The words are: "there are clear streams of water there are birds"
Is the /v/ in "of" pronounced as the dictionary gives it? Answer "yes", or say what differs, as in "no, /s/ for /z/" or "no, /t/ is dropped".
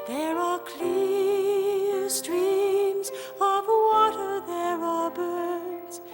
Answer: yes